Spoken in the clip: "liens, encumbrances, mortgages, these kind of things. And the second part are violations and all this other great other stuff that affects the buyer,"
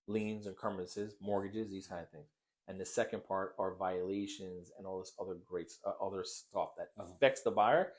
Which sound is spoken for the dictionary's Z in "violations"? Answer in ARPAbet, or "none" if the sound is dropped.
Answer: Z